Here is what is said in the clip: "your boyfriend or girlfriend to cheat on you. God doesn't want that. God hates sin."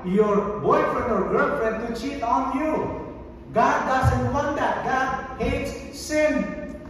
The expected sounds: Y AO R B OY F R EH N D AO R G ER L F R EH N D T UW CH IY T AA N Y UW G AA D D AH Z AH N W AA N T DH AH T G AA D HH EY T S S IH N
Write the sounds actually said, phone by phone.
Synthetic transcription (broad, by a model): Y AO R B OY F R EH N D AO R G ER N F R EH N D T UW CH IY T AA N Y UW G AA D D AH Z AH N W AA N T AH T G AA D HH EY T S S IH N